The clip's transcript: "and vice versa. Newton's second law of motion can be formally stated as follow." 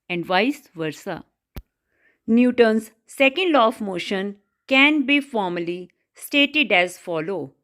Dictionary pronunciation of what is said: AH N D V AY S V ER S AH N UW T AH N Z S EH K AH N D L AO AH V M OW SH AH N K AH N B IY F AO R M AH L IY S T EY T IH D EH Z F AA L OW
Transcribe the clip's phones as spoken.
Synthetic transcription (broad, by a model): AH N D V AY S V ER S AH N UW T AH N S EH K AH N D L AO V M OW SH AH N K AH N B IY F AO R M AH L IY S T EY T IH D EH Z F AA L OW